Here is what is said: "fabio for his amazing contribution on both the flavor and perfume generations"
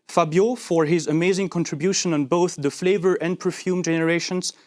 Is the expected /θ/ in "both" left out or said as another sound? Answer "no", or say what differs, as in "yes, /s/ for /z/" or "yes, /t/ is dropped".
no